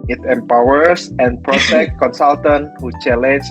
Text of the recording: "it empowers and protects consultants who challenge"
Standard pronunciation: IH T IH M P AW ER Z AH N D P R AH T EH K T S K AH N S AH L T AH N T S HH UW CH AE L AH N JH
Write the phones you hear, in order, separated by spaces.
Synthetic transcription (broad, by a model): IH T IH M P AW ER S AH N P R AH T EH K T K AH N S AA L T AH N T HH UW CH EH L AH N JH